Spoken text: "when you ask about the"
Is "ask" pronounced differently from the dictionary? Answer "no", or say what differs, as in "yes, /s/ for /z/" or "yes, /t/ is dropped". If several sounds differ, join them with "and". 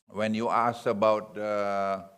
yes, /k/ is dropped